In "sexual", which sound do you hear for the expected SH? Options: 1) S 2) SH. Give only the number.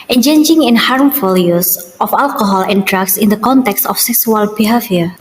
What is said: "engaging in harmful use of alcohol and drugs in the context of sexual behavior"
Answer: 1